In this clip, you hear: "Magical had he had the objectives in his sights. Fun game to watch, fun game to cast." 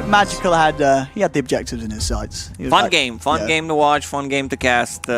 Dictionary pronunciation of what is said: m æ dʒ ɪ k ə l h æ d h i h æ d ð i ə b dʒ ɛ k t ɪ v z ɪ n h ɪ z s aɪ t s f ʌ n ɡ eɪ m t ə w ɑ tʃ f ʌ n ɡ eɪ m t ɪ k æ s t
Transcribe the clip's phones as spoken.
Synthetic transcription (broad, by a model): m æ dʒ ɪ k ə l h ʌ d h i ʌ d ð i ə b dʒ ɛ k t ɪ v z ɪ n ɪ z s aɪ t s f ʌ n ɡ eɪ m t ə w ɑ tʃ f ʌ n ɡ eɪ m t ɪ k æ s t